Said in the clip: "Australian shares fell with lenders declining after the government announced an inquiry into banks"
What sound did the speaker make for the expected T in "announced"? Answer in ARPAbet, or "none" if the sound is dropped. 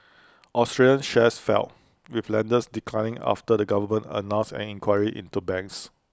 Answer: none